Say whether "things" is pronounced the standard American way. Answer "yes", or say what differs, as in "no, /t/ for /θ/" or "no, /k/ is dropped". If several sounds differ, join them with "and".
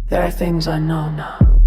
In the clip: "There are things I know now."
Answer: yes